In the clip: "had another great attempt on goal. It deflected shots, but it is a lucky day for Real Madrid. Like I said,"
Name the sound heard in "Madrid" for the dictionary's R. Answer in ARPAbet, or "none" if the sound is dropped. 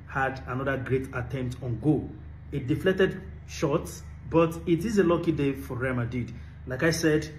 none